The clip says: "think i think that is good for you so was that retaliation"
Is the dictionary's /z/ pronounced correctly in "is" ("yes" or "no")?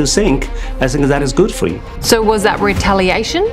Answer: yes